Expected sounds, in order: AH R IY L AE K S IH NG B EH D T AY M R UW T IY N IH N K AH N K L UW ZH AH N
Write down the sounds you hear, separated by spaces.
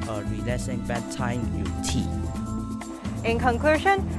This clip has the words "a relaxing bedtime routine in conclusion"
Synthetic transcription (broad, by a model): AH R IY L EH S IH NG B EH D T AY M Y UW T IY IH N K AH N K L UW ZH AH N